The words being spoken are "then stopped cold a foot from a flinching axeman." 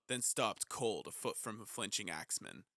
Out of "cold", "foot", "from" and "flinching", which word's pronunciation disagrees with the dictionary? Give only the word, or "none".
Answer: none